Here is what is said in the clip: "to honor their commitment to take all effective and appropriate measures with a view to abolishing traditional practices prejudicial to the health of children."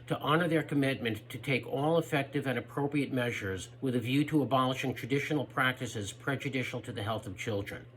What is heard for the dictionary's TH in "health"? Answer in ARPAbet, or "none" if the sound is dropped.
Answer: TH